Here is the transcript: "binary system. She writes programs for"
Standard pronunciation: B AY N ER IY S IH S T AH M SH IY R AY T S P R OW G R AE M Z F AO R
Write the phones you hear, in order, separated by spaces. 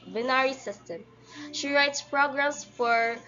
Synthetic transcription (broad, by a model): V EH N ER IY S IH S T AH M SH IY R AY T S P R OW G R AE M S F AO R